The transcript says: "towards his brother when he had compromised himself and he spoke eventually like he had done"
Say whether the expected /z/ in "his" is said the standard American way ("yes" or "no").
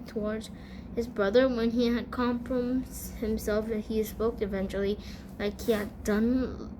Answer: yes